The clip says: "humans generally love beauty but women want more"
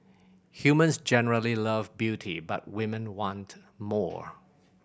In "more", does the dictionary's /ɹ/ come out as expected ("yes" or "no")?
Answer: yes